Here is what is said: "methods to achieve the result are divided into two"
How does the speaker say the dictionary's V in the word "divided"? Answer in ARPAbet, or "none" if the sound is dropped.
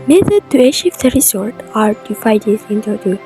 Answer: F